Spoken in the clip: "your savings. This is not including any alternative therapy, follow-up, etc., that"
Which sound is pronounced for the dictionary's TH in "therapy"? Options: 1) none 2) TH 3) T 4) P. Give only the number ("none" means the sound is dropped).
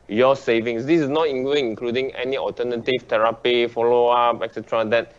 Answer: 3